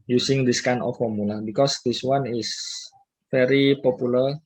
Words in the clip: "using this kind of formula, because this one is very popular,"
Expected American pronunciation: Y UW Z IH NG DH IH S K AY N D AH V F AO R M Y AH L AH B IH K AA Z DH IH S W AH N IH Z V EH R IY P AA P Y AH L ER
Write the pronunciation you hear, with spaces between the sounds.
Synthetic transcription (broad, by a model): Y UW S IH NG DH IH S K AY N AH F AO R M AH L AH B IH K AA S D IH S W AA N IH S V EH R IY P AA P Y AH L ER